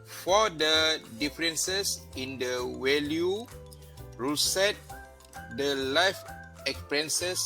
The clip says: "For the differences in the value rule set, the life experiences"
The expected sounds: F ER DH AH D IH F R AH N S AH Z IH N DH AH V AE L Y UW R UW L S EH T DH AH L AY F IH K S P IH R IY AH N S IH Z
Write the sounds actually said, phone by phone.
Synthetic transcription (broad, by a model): F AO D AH D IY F R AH N S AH S IH N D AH W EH L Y UW R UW S EH T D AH L AY F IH K S P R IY N S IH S